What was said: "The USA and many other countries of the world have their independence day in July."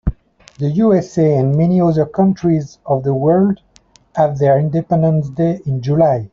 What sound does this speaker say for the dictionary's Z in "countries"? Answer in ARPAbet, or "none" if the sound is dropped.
Z